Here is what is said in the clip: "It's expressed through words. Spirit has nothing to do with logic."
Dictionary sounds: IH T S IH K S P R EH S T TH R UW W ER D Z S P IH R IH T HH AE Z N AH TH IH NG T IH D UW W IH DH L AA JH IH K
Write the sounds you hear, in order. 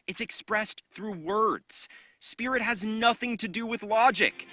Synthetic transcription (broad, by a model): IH T S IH K S P R EH S TH R UW W ER D Z S P IH R IH T HH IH Z N AH TH IH NG T IH D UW W IH DH L AA JH IH K